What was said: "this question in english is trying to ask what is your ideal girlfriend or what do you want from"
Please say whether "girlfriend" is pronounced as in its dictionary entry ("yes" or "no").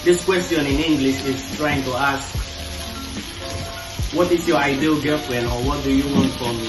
no